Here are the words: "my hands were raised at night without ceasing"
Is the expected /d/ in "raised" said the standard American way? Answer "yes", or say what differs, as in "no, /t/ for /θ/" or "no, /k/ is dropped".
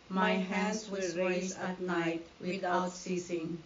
no, /d/ is dropped